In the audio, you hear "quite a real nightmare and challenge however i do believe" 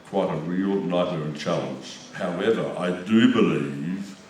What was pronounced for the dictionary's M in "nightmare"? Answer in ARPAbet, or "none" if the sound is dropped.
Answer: none